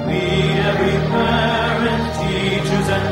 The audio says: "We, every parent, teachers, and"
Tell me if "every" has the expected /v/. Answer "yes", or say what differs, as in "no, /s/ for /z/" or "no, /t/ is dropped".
no, /v/ is dropped